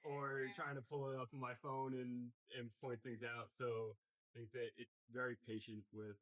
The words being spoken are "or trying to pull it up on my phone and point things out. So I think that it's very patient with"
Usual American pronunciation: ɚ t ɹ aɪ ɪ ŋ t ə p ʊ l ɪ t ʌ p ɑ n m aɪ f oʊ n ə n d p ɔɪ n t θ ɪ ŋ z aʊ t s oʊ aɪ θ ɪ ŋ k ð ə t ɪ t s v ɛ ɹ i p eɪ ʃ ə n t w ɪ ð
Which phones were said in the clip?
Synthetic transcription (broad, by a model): ɚ t ɹ aɪ ɪ ŋ t ə p ʊ l ɪ t ʌ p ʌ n m aɪ f oʊ n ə n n p ɔɪ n θ ɪ ŋ z aʊ t s oʊ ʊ θ ɪ ŋ k ð ə t ɪ t s v ɛ ɹ i p eɪ ʃ ə n t w ɪ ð